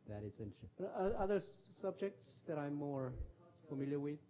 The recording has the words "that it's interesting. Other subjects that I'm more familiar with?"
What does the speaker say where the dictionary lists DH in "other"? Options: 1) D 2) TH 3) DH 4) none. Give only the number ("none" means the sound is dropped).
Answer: 3